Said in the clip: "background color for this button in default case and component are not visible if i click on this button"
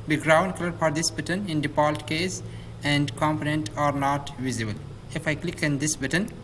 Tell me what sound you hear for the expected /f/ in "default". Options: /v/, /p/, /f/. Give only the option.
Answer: /p/